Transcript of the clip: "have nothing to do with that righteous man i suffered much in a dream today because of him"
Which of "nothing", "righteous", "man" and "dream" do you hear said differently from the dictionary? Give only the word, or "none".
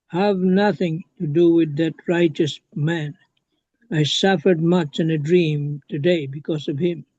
none